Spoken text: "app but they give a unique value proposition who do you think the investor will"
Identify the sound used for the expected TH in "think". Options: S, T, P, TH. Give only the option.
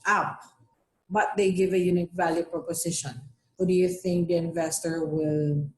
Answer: TH